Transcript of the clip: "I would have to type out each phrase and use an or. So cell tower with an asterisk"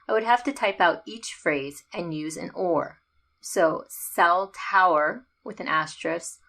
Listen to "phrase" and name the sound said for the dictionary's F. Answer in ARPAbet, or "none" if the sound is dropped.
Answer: F